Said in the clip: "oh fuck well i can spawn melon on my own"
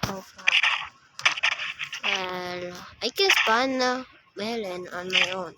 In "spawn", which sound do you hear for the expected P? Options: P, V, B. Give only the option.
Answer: B